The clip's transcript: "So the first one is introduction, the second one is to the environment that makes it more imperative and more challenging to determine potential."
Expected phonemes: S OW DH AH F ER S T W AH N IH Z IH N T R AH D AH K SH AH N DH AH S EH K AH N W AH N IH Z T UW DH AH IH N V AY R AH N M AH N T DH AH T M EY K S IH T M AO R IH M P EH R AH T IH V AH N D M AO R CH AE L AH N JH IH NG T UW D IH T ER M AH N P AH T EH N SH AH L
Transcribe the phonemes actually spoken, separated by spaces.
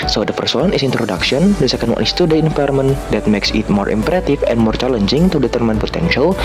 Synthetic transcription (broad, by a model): S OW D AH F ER S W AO N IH S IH N T R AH D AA K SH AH N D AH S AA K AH N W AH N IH S T UW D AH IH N F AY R M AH N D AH T M EY K S IH T M AO R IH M P R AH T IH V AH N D M AO R CH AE L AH N JH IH NG T UW D IH T ER M AH N P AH T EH N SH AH L